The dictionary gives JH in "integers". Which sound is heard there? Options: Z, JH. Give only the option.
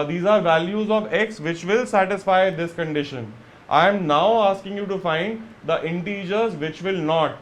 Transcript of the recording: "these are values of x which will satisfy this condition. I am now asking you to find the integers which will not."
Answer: JH